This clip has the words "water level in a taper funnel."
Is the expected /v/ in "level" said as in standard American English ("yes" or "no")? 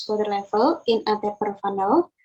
no